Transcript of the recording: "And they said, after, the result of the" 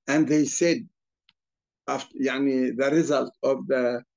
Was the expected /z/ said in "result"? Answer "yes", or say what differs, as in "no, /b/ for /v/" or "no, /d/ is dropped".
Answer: yes